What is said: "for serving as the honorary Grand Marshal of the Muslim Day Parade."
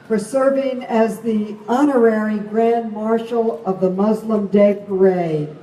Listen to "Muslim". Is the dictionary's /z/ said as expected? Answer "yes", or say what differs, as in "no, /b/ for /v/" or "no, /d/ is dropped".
yes